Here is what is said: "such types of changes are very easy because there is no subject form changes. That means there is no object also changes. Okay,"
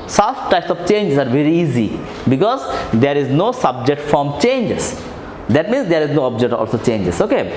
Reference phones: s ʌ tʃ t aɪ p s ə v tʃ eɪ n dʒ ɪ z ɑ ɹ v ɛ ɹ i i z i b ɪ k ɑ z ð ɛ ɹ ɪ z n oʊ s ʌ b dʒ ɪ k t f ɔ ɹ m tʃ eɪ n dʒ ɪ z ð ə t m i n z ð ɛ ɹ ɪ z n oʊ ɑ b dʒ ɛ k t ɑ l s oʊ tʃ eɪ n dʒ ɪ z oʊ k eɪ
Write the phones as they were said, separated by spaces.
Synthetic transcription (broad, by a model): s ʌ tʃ t aɪ p s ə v tʃ eɪ n dʒ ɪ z ɑ ɹ v ɛ ɹ i i z i b ɪ k ɑ z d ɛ ɹ ɪ z n oʊ s ʌ b dʒ ɪ k t f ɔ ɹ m tʃ eɪ n dʒ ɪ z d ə t m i n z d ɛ ɹ ɪ z n oʊ ɑ b dʒ ɛ k t ɑ l s oʊ tʃ eɪ n dʒ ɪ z oʊ k eɪ